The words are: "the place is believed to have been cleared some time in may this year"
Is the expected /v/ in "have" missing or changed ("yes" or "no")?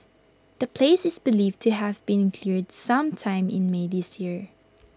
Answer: no